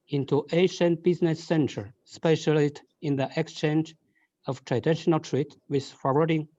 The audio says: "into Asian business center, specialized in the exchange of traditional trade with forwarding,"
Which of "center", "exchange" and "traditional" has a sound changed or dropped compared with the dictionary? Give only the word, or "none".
none